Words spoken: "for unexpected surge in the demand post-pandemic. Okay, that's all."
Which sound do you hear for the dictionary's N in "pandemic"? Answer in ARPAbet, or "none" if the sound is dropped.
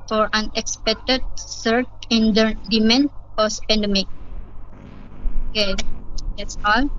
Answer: N